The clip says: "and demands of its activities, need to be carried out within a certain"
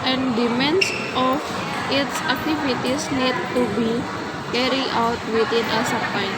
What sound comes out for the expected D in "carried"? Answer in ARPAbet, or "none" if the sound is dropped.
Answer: none